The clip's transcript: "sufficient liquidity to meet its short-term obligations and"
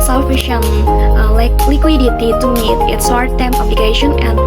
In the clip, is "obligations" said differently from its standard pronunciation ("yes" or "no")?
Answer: yes